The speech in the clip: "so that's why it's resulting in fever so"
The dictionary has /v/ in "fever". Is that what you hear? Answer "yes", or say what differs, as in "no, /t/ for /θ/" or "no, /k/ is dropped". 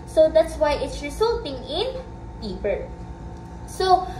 no, /p/ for /v/